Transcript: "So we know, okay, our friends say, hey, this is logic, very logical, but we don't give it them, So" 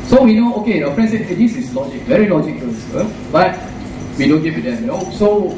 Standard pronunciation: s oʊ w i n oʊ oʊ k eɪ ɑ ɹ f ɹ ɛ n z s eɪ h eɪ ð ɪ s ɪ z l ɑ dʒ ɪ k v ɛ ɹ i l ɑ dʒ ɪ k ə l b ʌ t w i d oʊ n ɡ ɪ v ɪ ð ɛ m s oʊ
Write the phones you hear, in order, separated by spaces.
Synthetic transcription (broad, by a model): s oʊ w i n oʊ oʊ k eɪ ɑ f ɹ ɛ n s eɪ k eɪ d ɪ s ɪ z l ɑ dʒ ɪ k v ɛ ɹ i l ɑ dʒ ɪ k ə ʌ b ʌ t w i d oʊ n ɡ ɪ w ɪ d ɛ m s oʊ